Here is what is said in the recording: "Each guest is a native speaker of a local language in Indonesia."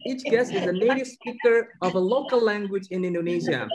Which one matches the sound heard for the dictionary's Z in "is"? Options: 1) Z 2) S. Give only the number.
1